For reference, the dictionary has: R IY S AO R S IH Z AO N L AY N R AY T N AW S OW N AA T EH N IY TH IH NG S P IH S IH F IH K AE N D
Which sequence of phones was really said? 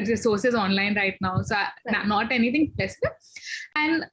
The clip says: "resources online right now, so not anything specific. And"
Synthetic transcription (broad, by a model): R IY S AO R S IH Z AO N L AY N R AY T N AW S OW N AA T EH N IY T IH NG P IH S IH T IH AE N D